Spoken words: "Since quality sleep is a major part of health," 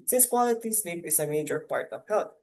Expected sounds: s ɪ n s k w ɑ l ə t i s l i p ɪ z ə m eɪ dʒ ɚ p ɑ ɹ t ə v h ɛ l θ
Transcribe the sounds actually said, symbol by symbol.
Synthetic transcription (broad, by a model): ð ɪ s k w ɑ l ə t i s n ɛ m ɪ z ə m eɪ dʒ ɚ p ɑ ɹ t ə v h ɛ l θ